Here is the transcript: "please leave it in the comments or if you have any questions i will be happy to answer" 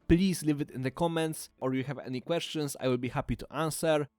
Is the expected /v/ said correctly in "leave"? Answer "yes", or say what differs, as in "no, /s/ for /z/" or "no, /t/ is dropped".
yes